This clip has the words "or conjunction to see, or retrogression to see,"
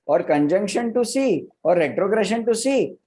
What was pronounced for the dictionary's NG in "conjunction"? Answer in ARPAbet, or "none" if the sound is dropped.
NG